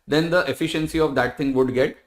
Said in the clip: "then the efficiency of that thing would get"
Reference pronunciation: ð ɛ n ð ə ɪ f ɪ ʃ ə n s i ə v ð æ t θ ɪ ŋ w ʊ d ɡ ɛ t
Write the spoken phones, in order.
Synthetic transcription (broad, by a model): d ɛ n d ə ɪ f ɪ ʃ ə n s i ə v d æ t t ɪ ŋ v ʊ d ɡ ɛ t